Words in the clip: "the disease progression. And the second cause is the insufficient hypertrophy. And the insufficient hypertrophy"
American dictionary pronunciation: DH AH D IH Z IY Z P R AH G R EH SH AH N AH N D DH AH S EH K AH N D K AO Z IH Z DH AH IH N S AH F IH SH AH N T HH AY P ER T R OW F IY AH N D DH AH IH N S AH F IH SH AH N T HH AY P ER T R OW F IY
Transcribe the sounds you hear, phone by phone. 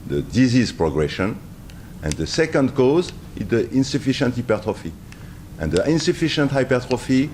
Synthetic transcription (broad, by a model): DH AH D IH Z IY Z P R AH G R EH SH AH N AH N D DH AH S EH K AH N D K AO Z IH Z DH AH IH N S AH F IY SH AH N T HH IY P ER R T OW F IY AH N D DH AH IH N S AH F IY SH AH N T HH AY P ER T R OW F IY